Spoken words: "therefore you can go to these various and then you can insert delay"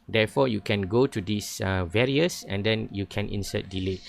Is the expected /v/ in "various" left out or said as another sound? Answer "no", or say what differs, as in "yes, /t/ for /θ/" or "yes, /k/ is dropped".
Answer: no